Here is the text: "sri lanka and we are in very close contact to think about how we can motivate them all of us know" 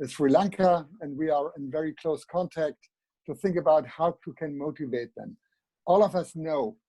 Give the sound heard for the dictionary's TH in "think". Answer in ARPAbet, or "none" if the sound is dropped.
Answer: TH